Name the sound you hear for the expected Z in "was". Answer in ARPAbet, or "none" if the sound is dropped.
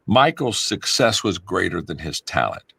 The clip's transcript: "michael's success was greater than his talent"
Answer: Z